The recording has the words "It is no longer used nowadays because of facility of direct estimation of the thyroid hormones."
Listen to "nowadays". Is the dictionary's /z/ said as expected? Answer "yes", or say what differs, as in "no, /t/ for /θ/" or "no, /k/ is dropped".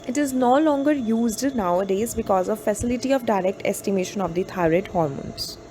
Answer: yes